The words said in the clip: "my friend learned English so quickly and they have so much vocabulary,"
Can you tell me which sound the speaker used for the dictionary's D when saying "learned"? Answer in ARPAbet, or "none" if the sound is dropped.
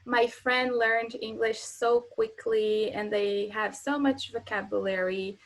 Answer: D